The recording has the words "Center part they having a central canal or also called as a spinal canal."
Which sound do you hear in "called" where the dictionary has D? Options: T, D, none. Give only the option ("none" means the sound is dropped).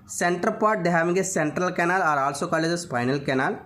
none